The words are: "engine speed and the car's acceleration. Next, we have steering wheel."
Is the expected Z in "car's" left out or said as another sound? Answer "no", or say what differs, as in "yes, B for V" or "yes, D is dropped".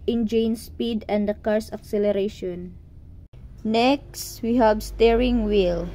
yes, S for Z